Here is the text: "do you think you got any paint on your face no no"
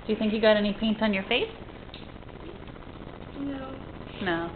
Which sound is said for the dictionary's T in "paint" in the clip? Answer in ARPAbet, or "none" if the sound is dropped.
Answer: T